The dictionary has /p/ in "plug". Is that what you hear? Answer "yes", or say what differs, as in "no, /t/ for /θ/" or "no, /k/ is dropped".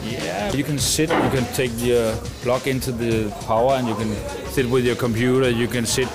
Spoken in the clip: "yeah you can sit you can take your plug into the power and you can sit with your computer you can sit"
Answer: no, /b/ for /p/